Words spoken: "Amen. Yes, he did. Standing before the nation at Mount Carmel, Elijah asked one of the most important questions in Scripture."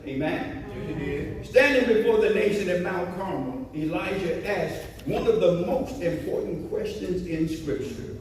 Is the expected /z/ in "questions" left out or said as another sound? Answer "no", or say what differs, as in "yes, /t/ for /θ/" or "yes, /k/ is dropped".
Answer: no